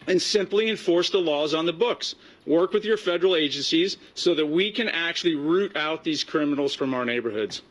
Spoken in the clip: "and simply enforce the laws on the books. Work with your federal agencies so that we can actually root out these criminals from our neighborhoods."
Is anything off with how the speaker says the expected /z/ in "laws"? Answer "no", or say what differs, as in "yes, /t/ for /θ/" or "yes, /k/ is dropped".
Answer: no